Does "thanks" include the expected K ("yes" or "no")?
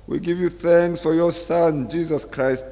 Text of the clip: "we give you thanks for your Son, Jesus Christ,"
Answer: yes